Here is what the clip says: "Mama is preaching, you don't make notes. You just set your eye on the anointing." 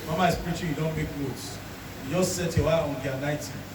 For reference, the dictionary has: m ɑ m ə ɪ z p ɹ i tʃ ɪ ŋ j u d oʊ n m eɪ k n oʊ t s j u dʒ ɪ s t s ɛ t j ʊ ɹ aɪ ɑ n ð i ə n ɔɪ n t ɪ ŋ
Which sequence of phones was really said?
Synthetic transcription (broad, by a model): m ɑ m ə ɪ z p ɹ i tʃ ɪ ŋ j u d oʊ n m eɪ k l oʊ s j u dʒ ɪ s t s ɛ t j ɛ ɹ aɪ ɑ n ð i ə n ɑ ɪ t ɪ